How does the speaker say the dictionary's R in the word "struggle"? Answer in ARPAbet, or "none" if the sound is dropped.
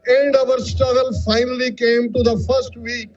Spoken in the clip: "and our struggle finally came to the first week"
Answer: none